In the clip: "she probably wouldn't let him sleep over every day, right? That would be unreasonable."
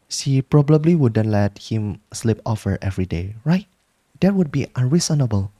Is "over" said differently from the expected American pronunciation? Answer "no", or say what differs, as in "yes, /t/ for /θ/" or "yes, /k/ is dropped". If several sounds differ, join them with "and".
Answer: yes, /f/ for /v/